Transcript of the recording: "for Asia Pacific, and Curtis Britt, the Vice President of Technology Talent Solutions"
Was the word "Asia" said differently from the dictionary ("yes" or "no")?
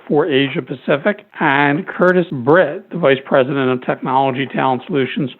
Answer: no